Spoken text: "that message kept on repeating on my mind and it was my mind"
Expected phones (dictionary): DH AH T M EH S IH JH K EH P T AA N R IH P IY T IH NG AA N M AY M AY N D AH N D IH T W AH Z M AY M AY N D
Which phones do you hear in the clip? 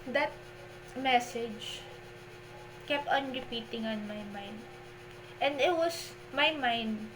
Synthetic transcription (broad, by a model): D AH T M EH S IH JH K EH P T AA N R IH P IY T IH NG AA N M AY M AY N D AH N D IH T W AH S M AY M AY N D